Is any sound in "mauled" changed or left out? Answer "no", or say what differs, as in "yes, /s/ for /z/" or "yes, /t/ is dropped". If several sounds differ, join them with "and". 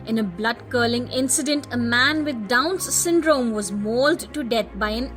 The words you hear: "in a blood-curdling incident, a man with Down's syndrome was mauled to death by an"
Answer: no